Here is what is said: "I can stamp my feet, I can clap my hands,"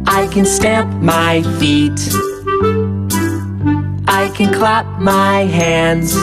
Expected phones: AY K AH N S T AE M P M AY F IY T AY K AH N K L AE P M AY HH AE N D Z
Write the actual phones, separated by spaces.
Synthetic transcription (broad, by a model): AY K AH N S T AE M P M AY F IY T AY K AH N K L AE P M AY HH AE N D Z